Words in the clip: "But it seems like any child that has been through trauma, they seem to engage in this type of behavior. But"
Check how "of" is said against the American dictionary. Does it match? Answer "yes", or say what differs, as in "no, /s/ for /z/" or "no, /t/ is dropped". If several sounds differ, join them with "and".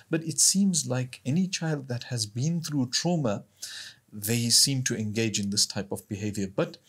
yes